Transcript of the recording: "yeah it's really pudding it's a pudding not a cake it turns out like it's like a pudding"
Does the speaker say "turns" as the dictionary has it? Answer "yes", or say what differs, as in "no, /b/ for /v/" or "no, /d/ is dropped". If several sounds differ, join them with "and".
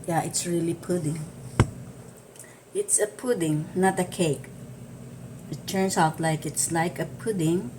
no, /s/ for /z/